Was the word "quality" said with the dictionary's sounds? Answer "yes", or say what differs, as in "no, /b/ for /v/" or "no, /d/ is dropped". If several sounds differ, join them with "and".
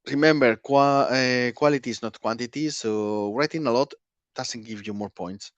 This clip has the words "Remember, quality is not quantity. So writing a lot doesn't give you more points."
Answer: no, /w/ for /l/